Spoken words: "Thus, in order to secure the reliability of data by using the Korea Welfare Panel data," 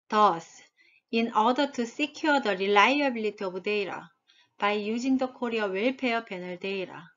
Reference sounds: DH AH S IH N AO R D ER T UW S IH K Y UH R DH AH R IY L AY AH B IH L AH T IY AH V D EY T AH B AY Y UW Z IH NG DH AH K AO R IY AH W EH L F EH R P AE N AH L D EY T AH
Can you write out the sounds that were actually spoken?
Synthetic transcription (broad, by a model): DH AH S IH N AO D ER T UW S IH K Y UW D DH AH R IY L AY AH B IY L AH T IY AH B D EY T AH B AY Y UW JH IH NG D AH K AO R IY AH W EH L P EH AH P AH N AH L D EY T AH